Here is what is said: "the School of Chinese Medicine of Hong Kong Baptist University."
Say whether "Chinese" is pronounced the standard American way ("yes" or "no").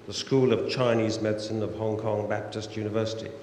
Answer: yes